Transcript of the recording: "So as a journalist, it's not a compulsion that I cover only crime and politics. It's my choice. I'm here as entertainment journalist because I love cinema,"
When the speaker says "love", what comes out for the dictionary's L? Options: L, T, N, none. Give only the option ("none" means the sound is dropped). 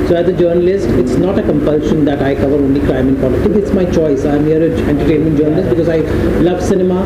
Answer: L